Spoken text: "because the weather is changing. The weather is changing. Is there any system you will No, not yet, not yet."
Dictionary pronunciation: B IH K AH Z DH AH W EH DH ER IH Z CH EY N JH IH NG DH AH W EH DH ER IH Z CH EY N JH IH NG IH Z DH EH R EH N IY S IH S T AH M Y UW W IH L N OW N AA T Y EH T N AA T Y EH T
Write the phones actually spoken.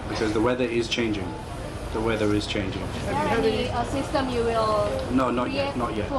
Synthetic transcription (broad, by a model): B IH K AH Z DH AH W EH DH ER IH Z CH EY N JH IH NG DH AH W EH DH ER IH Z CH EY N JH IH NG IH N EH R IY IY S IH S T AH M Y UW W IH L N OW N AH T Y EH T N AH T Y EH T